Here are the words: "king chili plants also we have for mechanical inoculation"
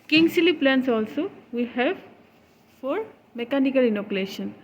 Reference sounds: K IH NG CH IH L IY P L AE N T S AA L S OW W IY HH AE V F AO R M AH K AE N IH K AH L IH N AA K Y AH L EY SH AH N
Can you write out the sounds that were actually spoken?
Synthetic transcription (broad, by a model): K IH NG S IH L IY P L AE N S AA L S OW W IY HH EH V F AO R M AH K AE N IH K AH L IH N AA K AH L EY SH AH N